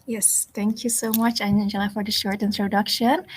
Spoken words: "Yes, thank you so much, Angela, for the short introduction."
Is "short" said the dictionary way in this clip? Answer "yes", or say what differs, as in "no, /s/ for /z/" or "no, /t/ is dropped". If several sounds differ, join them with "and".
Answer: yes